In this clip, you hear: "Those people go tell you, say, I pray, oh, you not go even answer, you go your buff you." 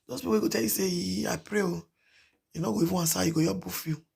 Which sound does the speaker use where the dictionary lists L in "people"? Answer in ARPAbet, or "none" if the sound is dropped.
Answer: W